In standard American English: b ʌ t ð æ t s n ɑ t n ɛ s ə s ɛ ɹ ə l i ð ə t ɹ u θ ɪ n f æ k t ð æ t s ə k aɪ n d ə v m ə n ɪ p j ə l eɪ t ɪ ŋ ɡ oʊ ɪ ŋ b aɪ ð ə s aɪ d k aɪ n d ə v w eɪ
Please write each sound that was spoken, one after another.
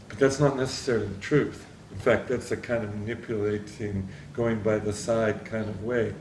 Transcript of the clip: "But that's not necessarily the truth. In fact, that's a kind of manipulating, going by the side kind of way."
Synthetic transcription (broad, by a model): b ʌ t ð æ t s n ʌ t n ɛ s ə s ɛ ɹ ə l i ð ə t ɹ u θ ɪ n f æ k t ð æ t s ə k aɪ n d ə v m ə n ɪ p j ə l eɪ t ɪ ŋ ɡ oʊ ɪ ŋ b aɪ ð ə s aɪ d k aɪ n d ə v w eɪ